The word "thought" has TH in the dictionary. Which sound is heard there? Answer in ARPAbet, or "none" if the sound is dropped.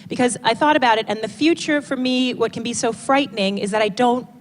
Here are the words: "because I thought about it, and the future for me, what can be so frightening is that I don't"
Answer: TH